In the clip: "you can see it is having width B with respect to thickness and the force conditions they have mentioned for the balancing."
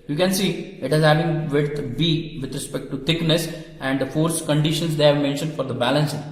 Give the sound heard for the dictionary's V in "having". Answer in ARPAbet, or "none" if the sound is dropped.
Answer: none